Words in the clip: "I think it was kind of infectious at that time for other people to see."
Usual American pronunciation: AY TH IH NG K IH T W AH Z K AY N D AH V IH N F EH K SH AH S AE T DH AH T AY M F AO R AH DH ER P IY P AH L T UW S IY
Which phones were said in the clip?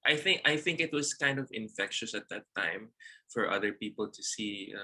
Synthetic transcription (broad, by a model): AY TH IH NG K IH T W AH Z K AY N D AH V IH N F EH K SH AH S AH T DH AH T AY M F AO R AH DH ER P IY P AH L T UW S IY